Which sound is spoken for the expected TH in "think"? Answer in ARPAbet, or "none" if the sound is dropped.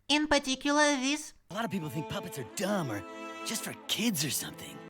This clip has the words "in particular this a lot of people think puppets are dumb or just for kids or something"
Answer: TH